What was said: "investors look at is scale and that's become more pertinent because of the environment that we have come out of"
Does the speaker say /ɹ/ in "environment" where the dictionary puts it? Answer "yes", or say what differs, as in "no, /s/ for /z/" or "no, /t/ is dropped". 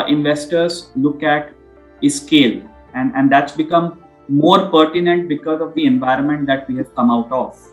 yes